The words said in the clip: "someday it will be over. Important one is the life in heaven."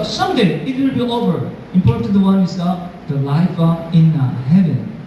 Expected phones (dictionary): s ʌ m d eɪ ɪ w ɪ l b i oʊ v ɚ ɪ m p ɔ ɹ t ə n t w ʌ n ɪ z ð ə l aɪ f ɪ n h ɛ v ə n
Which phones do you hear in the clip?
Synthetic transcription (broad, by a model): s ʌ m d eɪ ɪ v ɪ n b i oʊ v ɚ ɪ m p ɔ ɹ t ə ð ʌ w ʌ n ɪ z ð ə l aɪ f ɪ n h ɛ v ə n